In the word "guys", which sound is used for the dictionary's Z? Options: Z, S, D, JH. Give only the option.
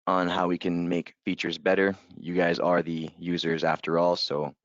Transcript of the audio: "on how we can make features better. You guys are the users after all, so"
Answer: Z